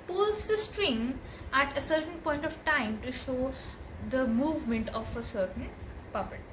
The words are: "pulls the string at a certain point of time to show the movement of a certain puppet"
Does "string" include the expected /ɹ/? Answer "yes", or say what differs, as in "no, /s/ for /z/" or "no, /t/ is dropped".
yes